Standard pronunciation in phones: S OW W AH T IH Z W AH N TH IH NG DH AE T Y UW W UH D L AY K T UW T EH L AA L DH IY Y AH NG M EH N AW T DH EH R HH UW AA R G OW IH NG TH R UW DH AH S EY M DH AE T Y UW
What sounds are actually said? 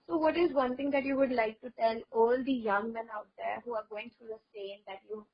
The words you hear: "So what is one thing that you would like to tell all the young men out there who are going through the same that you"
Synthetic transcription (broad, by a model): S OW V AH T IH Z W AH N T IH NG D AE T Y UW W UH D L AY K T UW T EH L AA L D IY Y AH NG M EH N AW T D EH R HH UW AA R G OW IH NG T R UW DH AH S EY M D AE T Y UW